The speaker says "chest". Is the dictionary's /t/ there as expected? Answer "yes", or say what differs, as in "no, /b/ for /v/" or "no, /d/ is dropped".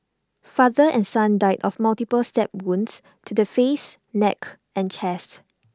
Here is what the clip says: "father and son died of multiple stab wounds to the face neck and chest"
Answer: yes